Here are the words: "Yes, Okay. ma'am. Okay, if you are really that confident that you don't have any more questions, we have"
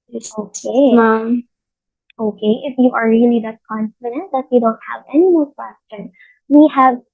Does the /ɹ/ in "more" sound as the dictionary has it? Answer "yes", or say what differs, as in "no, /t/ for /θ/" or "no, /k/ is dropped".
no, /l/ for /ɹ/